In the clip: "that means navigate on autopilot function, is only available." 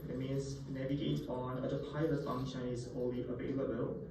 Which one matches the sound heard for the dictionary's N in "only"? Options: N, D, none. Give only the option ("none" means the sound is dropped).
none